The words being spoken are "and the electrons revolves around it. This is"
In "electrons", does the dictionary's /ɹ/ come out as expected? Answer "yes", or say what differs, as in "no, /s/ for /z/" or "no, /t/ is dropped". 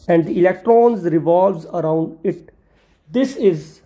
yes